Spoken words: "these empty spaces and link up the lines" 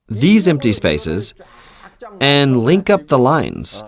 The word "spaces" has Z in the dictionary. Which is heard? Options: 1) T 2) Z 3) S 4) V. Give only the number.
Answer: 2